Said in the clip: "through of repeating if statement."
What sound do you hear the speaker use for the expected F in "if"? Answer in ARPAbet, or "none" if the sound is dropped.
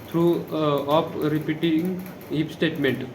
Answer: P